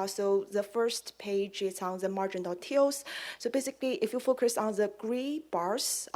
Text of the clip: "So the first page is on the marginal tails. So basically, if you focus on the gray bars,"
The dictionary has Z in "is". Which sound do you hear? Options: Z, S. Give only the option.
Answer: S